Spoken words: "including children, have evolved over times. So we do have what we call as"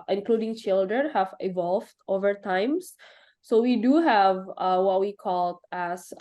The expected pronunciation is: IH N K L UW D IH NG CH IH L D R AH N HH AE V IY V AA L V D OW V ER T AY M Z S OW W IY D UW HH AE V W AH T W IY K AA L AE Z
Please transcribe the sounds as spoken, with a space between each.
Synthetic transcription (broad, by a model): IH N K L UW D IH NG CH IH L D R AH N HH AE V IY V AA L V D OW V ER T AY M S S OW W IY D UW HH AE V W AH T W IY K AA L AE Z